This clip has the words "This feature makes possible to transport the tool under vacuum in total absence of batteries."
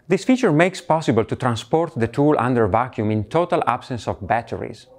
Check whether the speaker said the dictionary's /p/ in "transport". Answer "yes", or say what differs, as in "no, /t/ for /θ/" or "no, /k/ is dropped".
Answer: yes